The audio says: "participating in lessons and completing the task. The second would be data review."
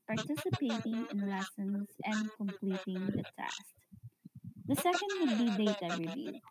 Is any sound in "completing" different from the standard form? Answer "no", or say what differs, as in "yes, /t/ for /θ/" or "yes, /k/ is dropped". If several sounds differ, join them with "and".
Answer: no